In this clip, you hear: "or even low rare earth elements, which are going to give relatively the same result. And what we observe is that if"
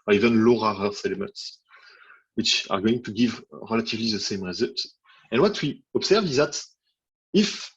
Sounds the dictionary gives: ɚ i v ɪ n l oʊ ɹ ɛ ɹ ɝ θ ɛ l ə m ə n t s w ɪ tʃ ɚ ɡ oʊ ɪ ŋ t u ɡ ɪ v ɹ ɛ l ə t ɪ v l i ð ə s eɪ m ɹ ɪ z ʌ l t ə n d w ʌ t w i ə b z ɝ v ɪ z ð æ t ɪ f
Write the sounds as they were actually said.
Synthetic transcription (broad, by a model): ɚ i v ɪ n l oʊ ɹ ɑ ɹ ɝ s ɛ l ə m ə n t s w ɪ tʃ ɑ ɡ oʊ ɪ ŋ t u ɡ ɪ v ɹ ɛ l ə t ɪ v l i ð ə s eɪ m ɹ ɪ z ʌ l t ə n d w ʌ t w i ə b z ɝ v ɪ z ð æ t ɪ f